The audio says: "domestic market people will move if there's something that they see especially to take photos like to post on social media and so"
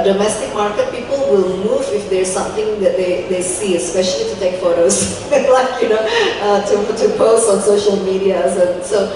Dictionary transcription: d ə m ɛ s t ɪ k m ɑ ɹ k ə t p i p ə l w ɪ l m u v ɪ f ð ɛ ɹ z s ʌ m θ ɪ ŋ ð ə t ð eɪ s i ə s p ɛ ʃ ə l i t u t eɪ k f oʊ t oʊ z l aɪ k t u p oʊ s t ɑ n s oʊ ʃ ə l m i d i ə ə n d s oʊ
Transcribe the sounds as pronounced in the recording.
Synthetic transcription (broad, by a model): d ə m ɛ s t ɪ k m ɑ ɹ k ə t p i p ə l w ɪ l m u v ɪ f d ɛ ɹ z s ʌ m t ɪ ŋ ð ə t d eɪ s i ə s p ɛ ʃ ə l i t u t eɪ k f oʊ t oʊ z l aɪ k t u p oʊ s ɑ n s oʊ ʃ ə l m i d i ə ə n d s oʊ